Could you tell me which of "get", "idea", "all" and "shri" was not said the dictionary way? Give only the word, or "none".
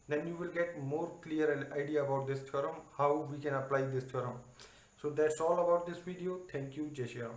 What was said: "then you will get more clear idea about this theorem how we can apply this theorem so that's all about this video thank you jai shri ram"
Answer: shri